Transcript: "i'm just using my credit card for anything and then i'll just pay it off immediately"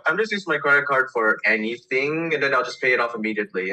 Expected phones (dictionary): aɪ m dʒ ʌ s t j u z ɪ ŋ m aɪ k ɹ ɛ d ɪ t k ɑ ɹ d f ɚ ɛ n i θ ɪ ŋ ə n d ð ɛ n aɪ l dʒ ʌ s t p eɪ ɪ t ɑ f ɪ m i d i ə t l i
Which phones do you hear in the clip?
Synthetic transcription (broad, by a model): aɪ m dʒ ʌ s t j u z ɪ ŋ m aɪ k ɹ ɛ d ɪ t k ɑ ɹ d f ɚ ɛ n i θ ɪ ŋ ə n ð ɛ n aɪ l dʒ ʌ s p eɪ ɪ t ɑ f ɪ m i d i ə t l i